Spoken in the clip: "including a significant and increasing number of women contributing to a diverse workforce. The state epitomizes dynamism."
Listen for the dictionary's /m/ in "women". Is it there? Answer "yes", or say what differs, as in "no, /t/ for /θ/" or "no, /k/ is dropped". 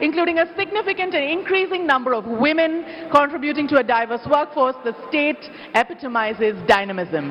yes